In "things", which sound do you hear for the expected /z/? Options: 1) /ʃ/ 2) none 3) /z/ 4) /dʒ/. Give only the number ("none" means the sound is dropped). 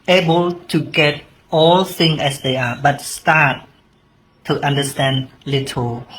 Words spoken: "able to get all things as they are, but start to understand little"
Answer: 2